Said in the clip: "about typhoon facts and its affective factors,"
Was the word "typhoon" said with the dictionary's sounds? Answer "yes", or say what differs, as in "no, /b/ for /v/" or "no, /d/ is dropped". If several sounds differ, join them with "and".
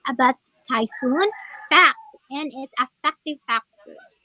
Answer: yes